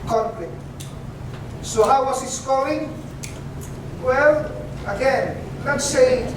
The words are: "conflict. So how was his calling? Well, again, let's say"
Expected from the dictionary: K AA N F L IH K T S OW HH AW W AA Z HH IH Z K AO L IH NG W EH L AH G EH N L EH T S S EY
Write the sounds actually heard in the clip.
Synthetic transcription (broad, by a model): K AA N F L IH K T S OW HH AW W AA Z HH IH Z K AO IH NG W EH L AH G EH N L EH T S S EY